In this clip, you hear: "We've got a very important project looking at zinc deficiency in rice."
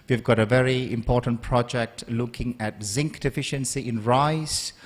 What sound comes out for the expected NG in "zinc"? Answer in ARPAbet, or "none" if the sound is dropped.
NG